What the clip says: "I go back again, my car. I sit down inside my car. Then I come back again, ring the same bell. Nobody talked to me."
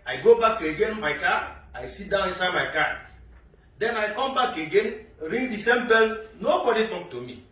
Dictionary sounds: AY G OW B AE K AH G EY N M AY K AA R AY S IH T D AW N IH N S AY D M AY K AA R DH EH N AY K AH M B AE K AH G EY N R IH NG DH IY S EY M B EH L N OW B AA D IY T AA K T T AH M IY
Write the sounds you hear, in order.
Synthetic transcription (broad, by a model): AY G OW B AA K AH G EY N M AY K AA AY S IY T D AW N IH S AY M AY K AA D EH N AY K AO M B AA K AH G EY N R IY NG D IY S EY M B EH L N OW B AA D IY T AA K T T AH M IY